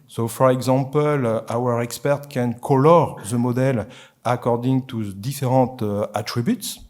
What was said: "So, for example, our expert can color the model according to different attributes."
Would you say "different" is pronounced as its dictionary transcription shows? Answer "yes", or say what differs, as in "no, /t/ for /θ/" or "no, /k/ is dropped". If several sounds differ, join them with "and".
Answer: no, /n/ is dropped